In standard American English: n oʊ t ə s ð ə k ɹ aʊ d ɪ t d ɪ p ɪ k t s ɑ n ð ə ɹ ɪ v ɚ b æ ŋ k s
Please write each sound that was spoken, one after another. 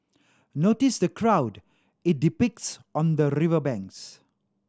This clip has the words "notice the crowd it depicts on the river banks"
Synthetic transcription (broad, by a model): n oʊ t ə s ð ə k ɹ aʊ d ɪ t d ɪ p ɪ k t s ɑ n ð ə ɹ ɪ v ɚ b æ ŋ k s